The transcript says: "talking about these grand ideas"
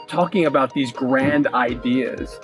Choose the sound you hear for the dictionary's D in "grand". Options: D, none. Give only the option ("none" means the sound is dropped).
D